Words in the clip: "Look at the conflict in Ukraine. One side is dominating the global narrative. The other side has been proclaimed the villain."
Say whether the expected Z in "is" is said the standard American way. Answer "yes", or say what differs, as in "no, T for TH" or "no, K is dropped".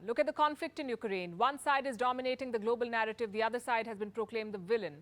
yes